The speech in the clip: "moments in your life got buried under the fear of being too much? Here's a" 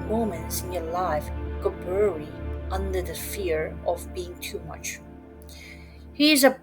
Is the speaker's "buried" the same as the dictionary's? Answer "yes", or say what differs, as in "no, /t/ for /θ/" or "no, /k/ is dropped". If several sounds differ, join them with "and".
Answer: no, /d/ is dropped